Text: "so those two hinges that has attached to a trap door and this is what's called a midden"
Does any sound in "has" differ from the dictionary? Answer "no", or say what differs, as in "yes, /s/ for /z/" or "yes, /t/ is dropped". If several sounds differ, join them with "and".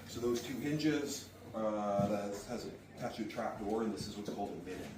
no